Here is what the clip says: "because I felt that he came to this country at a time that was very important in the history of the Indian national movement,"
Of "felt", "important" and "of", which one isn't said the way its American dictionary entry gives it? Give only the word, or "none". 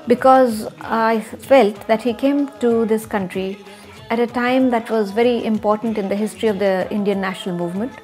none